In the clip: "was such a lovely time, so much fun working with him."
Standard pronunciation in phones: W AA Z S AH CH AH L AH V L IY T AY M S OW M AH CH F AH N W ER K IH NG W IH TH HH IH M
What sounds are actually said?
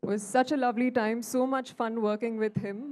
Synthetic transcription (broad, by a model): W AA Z S AH CH AH L AH V L IY T AY M S OW M AH CH F AH N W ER K IH NG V IH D HH IH M